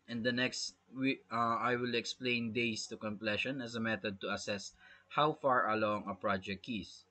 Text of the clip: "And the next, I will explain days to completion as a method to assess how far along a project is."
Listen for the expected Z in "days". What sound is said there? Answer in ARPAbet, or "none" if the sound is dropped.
S